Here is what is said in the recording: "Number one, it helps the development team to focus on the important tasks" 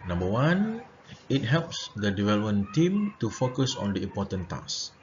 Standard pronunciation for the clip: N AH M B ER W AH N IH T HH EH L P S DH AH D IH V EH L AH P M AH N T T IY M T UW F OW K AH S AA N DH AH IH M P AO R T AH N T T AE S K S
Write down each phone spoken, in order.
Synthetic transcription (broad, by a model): N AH M B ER W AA N IH T HH EH L P S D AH D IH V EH L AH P M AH N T T IY M T UW F OW K AH S AA N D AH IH M P AO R T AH N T T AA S S